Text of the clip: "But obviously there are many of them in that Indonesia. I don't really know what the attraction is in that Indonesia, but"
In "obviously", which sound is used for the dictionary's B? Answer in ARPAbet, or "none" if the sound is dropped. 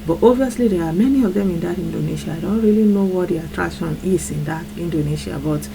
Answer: none